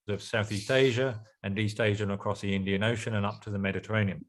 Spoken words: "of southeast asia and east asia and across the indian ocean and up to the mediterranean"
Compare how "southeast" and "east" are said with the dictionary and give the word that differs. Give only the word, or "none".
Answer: none